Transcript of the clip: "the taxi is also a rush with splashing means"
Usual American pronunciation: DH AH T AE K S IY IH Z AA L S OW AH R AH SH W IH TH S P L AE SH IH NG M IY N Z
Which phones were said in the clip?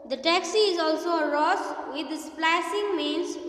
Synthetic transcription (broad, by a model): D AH T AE K S IY IH Z AA L S OW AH R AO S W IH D S P L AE S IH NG M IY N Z